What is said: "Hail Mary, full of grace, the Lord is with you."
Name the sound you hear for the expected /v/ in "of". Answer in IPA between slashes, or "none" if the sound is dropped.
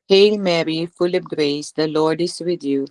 /p/